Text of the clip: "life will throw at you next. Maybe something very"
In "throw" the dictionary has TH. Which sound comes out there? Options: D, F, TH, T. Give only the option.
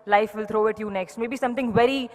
T